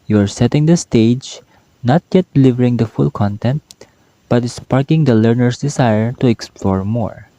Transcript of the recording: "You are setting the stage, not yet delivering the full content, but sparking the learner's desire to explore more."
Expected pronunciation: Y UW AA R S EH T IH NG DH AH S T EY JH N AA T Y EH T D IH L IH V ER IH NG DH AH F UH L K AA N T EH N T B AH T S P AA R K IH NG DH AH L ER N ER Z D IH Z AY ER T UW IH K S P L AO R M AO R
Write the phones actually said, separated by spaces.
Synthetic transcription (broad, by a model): Y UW AA R S EH T IH NG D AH S T EY JH N AA T Y EH T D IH L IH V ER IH NG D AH F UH L K AA N T EH N T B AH T S P AA R K IH NG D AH L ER N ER S D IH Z AY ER T UW IH K S P L AO R M AO R